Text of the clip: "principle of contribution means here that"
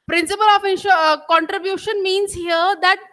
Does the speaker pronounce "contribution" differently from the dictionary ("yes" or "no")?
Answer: no